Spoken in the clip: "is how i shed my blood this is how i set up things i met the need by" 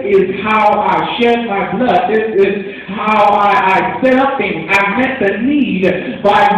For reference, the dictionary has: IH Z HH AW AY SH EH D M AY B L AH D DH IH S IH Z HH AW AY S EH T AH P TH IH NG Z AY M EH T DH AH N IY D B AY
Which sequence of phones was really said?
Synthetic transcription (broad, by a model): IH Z HH AW AY SH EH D M AY B L AH D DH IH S IH Z HH AW AY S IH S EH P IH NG AY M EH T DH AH N IY D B AY